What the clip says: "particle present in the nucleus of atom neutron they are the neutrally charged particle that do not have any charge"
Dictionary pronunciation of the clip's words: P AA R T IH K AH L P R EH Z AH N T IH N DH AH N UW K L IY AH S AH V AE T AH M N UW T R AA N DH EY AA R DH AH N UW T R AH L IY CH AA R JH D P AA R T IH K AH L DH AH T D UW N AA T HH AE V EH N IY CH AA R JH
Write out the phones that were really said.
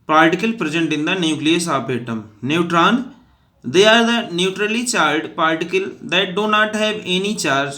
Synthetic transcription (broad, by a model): P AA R T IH K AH L P R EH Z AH N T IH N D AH N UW K L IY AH S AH P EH T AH M N UW T R AA N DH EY AA R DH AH N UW T R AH L IY CH AA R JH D P AA R T IH K AH L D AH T D UW N AA T HH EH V EH N IY CH AA R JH